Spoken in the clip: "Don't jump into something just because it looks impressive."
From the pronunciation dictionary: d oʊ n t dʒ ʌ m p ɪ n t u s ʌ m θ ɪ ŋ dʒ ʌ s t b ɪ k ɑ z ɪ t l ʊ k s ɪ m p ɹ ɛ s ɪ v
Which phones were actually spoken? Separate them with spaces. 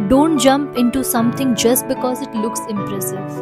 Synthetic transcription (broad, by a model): d oʊ n t dʒ ʌ m p ɪ n t u s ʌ m t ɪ ŋ dʒ ʌ s t b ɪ k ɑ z ɪ t l ʊ k s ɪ m p ɹ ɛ s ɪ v